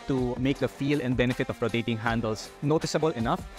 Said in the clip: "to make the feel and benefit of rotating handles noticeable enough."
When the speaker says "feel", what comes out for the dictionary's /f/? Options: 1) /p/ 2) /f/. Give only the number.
2